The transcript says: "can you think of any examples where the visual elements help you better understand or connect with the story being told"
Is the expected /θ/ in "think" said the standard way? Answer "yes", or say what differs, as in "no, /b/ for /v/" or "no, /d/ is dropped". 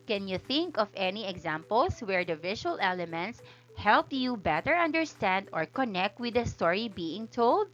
yes